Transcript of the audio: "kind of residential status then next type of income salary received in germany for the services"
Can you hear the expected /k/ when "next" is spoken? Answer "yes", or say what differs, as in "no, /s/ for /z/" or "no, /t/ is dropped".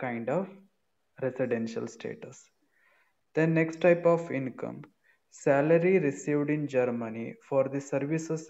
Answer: yes